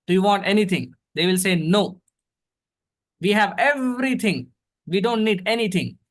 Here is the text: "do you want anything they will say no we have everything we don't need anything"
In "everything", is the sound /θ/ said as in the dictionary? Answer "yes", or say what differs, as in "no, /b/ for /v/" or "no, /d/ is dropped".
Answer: no, /t/ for /θ/